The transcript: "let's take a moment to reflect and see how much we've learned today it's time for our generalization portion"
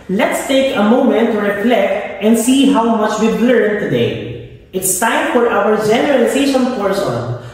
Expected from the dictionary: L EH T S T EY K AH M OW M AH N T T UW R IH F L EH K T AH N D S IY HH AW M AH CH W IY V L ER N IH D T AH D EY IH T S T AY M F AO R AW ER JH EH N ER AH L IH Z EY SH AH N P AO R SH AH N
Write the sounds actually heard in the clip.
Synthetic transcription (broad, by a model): L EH T S T EY K AH M OW M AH N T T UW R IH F L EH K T AH N D S IY HH AW M AH CH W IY B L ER IH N T AH D EY IH T S T AY M F AO R AW ER JH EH N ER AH L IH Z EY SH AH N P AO R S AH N